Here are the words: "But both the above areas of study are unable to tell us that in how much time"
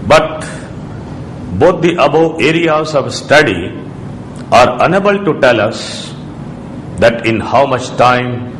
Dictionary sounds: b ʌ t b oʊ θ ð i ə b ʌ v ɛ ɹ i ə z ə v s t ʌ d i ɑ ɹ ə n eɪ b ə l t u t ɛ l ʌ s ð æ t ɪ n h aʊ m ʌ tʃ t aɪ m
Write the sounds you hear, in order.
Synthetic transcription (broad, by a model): b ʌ t b oʊ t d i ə b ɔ ɛ ɹ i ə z ə v s t ʌ d i ɑ ɹ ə n eɪ b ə l t u t ɛ l ʌ s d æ t ɪ n h aʊ m ʌ tʃ t aɪ m